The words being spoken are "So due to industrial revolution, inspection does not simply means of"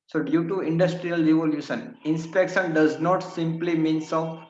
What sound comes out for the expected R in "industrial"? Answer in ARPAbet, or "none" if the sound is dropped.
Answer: R